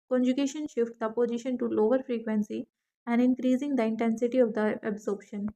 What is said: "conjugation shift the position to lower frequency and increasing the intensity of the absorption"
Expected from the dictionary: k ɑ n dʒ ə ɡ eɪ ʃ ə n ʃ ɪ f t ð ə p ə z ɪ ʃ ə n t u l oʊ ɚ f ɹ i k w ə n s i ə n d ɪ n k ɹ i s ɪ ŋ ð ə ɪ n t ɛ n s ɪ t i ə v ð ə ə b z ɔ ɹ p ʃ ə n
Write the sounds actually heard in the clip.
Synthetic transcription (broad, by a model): k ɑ n dʒ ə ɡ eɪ ʃ ə n ʃ ɪ f t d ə p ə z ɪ ʃ ə n t u l oʊ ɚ f ɹ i k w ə n s i ə n d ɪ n k ɹ i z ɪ ŋ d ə ɪ n t ɛ n s ɪ t i ə v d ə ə b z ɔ ɹ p ʃ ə n